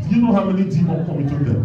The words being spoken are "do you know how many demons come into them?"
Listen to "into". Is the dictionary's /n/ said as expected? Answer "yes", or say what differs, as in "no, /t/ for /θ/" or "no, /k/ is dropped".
no, /n/ is dropped